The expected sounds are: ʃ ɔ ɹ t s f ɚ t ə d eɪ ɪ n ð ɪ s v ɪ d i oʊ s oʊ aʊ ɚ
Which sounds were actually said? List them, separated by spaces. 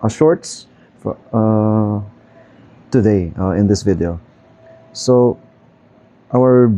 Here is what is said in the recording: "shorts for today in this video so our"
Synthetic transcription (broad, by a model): ʃ ɔ ɹ t s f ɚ t ə d eɪ ɪ n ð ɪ s v ɪ d i oʊ s oʊ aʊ ɚ